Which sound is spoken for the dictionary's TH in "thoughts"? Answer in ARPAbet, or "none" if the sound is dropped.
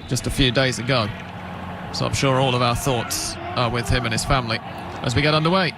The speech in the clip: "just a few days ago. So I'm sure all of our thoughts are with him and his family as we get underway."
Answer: TH